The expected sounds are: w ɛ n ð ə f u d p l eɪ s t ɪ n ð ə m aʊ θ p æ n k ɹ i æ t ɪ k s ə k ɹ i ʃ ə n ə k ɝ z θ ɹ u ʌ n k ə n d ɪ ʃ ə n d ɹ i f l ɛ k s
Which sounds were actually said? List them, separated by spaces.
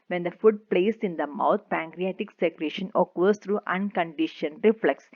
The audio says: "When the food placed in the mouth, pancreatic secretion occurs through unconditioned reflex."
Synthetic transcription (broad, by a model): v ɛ n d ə f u d p l eɪ s ɪ n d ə m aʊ t p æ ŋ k ɹ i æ t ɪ k s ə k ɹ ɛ ʃ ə n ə k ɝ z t ɹ u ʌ n k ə n d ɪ ʃ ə n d ɹ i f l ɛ k s